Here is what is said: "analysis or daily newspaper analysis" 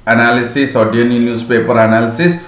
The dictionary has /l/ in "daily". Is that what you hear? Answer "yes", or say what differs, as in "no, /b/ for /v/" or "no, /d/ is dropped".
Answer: no, /n/ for /l/